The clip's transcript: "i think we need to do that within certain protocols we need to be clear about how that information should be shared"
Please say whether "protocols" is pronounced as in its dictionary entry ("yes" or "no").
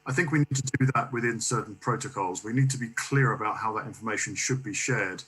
yes